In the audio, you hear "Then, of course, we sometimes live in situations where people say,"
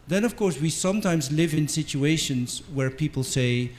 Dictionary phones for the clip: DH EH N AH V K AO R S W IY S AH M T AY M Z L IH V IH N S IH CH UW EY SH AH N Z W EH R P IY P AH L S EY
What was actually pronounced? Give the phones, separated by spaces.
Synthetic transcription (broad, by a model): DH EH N AH V K AO R S W IY S AH M T AY M Z L IH V IH N S IH CH UW EY SH AH N Z W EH R P IY P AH L S EY